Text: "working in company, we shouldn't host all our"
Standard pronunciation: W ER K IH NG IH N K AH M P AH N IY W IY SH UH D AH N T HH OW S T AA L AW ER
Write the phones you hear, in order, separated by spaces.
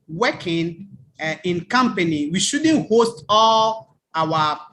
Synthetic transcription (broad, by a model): W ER K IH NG IH N K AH M P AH N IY W IY SH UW D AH N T HH OW S T AA L AW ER